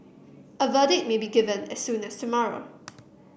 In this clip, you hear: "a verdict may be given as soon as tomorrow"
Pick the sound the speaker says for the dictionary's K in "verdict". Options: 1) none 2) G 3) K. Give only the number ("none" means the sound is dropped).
1